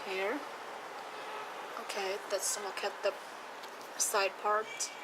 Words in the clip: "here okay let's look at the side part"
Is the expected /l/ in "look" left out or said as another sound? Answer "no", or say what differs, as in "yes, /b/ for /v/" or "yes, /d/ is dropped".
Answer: yes, /n/ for /l/